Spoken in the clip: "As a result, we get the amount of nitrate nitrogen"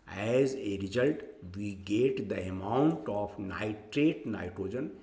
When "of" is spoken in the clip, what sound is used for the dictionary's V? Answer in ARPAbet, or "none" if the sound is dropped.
P